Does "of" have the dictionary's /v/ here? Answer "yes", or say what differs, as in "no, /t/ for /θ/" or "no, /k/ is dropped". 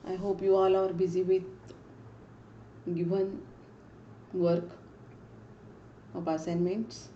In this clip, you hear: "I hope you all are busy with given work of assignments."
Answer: no, /p/ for /v/